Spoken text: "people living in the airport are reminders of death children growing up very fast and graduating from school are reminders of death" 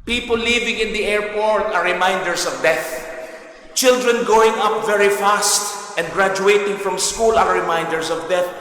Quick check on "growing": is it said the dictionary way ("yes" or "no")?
no